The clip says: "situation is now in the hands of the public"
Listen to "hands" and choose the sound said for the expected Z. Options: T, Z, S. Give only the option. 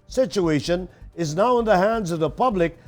Z